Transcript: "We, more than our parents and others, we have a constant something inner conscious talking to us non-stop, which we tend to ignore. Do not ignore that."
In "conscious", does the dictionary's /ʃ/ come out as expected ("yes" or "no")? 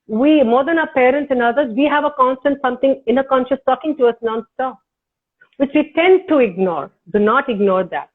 yes